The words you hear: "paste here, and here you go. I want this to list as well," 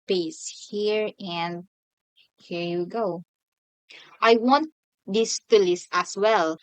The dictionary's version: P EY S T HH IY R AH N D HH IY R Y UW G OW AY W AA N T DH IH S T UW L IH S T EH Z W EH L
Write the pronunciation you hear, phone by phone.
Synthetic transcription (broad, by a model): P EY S HH IY R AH N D HH IY R Y UW G OW AY W AA N T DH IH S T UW L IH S AA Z W EH L